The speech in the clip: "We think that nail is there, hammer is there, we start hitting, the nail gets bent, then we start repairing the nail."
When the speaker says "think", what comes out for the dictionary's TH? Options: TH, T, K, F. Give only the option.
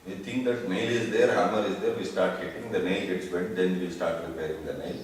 T